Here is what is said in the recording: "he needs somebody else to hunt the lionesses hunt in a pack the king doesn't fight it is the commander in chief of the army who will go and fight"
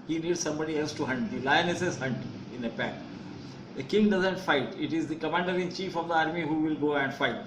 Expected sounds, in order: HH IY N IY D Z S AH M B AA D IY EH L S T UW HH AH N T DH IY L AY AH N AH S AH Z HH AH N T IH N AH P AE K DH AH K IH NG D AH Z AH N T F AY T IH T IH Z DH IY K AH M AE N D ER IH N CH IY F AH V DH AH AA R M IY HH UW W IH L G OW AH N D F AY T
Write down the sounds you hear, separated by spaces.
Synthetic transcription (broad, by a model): HH IY N IY D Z S AH M B AA D IY EH L S T UW HH AH N T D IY L AY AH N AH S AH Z HH AH N T IH N AH P AE K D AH K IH NG D AH Z AH N T F AY T IH T IH Z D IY K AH M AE N D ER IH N CH IY F AH V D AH AA R M IY HH UW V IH L G OW AH N D F AY T